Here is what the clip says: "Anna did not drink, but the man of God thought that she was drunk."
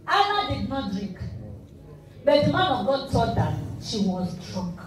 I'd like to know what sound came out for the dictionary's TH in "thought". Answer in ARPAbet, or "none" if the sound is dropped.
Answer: T